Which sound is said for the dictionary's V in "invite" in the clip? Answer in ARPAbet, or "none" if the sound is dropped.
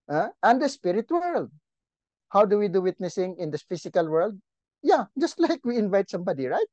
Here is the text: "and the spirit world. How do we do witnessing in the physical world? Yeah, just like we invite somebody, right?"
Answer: V